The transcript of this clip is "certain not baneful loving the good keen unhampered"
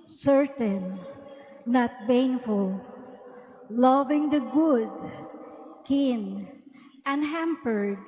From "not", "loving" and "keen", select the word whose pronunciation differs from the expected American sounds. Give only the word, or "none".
none